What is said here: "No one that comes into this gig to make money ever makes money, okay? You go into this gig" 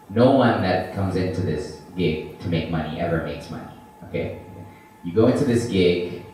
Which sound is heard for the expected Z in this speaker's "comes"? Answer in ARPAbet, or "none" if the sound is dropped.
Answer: Z